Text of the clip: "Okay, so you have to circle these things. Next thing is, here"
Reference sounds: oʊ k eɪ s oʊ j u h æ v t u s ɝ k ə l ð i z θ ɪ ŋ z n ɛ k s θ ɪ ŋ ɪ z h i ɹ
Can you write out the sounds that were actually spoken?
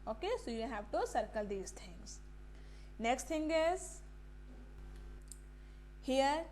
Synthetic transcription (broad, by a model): oʊ k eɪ s oʊ j u h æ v t u s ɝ k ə l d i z t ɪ ŋ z n ɛ k s t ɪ ŋ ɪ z h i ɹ